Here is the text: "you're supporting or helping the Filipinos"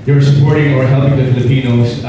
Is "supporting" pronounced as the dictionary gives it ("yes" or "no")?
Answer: yes